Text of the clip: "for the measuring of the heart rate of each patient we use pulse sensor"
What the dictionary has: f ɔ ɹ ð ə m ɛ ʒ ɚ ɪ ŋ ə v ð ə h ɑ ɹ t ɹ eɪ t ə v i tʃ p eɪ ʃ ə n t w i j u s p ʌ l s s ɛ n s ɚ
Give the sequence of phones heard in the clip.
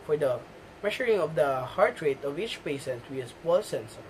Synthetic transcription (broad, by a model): f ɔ ɹ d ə m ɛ ʃ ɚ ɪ ŋ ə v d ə h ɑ ɹ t ɹ eɪ t ə v i tʃ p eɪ s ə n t w i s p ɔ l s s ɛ n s